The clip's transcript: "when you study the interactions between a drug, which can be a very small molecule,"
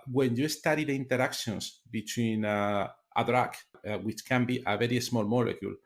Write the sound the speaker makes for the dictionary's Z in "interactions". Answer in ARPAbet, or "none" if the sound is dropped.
S